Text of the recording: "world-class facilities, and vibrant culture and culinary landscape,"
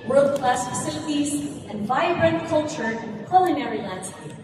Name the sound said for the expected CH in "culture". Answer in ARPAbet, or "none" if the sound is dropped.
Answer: CH